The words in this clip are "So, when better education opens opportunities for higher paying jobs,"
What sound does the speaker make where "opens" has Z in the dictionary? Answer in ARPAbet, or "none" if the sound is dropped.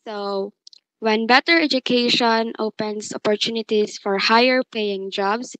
S